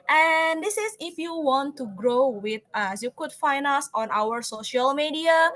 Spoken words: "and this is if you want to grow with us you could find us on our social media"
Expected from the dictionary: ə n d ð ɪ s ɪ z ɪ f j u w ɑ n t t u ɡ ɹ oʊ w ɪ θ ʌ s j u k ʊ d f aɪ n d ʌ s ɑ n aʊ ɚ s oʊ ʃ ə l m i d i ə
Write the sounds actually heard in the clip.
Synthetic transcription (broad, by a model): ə n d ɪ s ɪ s ɪ f j u w ɑ n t t u ɡ ɹ oʊ w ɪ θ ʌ s j u k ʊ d f aɪ n d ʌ s ɑ n aʊ ɚ s oʊ ʃ ə l m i d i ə